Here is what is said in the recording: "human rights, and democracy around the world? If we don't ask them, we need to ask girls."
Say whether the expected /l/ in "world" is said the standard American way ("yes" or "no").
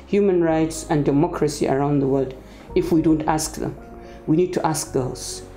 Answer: yes